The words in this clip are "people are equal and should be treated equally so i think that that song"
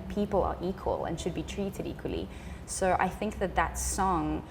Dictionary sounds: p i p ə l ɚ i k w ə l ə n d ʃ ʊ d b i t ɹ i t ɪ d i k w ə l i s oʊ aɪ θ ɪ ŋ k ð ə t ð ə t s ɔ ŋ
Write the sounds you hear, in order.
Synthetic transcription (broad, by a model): p i p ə l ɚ i k w ə l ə n ʃ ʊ d b i t ɹ i t ɪ d i k w ə l i s oʊ aɪ θ ɪ ŋ k ð ə t ð ə t s ɔ ŋ